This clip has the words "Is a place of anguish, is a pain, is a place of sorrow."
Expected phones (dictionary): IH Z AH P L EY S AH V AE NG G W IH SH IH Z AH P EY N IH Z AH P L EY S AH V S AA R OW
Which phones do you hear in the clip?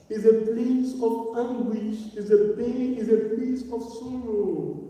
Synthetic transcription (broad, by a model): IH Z AH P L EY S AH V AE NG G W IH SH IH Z AH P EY IH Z AH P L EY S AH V S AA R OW